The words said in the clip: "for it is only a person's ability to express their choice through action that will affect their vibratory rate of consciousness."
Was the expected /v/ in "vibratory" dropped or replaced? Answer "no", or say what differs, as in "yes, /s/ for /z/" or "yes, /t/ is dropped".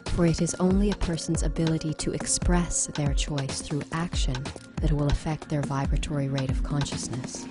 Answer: no